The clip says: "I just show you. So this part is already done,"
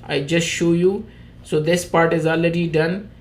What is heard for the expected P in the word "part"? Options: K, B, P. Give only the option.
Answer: P